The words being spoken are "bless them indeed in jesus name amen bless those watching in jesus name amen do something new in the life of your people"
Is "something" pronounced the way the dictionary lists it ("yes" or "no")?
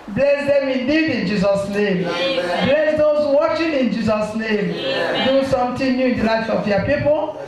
no